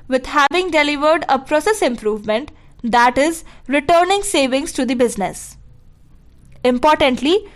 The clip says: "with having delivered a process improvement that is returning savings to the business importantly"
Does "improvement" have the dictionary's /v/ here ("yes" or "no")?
yes